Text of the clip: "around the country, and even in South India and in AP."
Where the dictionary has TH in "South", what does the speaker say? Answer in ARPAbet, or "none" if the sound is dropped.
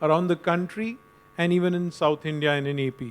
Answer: T